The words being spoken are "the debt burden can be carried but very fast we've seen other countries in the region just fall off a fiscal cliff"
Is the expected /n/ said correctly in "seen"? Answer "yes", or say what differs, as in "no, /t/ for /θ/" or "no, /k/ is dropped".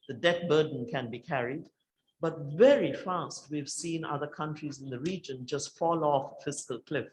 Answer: yes